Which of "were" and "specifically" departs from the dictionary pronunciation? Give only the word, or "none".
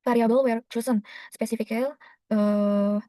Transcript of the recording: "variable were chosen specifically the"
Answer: specifically